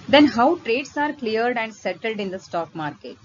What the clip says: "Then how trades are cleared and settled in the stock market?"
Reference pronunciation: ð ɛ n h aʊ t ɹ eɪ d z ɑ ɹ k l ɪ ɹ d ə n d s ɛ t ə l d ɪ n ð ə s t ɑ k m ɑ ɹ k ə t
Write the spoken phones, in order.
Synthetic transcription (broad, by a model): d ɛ n h aʊ t ɹ eɪ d s ɑ ɹ k l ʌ ɹ d ə n d s ɛ t ə l d ɪ n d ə s t ɑ k m ɑ ɹ k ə t